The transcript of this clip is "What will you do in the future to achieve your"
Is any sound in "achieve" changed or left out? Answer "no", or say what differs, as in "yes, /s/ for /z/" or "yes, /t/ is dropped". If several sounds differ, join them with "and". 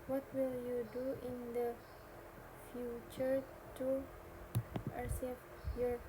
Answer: yes, /s/ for /tʃ/